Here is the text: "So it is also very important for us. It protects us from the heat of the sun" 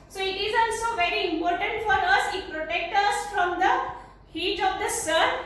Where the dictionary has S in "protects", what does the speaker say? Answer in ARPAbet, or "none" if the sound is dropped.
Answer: none